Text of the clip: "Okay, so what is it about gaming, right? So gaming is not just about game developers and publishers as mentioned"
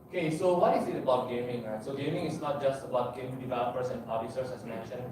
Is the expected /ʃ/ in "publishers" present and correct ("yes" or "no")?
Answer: no